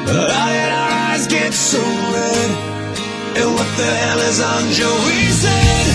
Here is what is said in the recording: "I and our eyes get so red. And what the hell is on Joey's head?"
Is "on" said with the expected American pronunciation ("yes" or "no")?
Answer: yes